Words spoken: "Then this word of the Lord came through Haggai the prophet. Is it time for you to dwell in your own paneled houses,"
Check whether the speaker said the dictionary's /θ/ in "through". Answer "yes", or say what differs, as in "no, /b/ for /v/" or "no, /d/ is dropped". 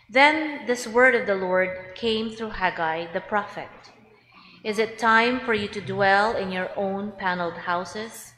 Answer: yes